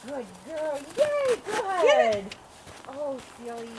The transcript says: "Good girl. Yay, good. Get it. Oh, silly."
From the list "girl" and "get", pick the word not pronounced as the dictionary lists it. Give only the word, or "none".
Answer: get